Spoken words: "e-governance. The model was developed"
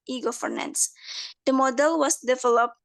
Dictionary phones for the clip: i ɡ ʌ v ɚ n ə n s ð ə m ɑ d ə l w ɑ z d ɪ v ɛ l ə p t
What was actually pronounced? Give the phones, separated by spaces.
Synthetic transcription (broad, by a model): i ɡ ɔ f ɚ n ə n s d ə m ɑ d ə l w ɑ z d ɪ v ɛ l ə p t